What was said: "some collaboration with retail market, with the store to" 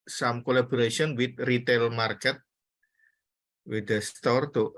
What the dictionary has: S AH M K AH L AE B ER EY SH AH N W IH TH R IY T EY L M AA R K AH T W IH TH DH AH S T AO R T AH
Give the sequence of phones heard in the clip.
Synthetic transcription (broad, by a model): S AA M K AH L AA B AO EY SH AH N W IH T R IY T EY L M AA R K AH T W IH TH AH S T AO R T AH